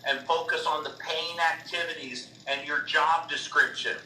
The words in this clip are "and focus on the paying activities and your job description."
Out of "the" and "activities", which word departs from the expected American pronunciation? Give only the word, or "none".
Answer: none